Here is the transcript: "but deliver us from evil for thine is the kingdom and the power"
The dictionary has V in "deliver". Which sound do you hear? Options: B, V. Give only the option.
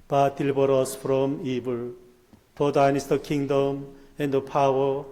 B